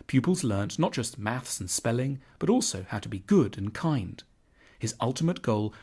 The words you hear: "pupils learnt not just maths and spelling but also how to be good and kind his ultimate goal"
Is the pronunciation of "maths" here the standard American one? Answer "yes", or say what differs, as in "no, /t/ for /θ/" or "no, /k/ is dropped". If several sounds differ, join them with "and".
yes